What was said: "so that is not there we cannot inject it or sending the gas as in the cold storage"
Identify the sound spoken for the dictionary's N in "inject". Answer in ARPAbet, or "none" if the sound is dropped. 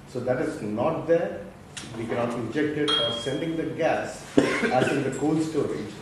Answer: none